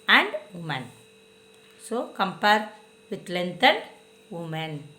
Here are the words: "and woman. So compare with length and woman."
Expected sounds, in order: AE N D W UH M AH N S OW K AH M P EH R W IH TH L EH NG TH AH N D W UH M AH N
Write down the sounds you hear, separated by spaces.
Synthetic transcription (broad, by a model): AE N D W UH M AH N S OW K AH M P EH R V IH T L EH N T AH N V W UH M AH N